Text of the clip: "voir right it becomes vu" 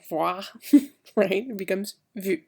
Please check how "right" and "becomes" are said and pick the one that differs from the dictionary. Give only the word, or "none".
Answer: none